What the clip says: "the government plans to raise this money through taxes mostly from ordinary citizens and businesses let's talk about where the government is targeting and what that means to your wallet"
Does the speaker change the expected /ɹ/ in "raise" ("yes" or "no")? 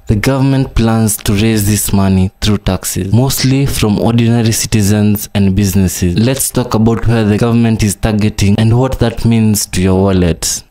no